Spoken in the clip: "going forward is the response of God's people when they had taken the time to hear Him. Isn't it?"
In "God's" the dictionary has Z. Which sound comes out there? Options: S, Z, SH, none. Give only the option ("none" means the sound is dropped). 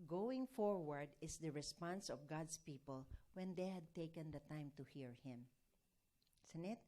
S